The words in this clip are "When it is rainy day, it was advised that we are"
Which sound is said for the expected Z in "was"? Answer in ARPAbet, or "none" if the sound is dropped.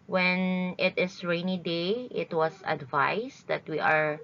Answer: S